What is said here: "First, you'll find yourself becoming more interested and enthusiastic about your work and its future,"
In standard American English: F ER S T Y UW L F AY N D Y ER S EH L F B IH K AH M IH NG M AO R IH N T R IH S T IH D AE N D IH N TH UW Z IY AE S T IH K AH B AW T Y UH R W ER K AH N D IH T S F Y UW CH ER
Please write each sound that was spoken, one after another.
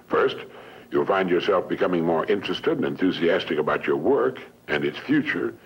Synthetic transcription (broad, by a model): F ER S T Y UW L F AY N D Y ER S EH L F B IH K AH M IH NG M AO R IH N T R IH S T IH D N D IH N TH UW Z IY AE S T IH K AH B AW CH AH R W ER K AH N IH T S F Y UW CH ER